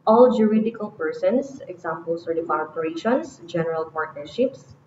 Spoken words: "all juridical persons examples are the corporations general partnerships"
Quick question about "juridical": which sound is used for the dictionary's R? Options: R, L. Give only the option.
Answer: R